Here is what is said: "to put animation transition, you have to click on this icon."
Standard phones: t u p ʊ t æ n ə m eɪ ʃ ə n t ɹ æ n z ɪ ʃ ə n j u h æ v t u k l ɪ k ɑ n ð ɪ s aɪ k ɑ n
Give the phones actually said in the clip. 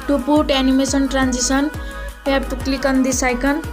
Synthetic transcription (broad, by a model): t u p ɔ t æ n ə m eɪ s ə n t ɹ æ n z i s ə n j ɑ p t u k l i k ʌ n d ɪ s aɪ k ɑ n